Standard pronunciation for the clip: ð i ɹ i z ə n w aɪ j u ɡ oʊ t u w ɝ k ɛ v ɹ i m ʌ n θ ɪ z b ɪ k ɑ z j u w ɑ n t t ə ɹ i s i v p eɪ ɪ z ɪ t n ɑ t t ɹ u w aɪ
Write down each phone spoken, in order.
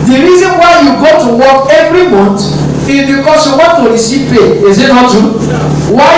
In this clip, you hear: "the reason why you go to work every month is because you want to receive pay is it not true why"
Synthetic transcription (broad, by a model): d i ɹ i z ə n w aɪ j u ɡ oʊ t u w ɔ k ɛ v ɹ i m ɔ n t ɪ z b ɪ k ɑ s j u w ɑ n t t ə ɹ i s i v p eɪ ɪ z ɪ t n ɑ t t u w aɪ